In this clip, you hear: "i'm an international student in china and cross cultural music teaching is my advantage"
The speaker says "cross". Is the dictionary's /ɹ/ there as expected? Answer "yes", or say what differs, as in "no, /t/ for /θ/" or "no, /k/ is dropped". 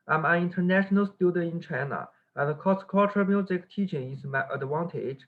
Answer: no, /ɹ/ is dropped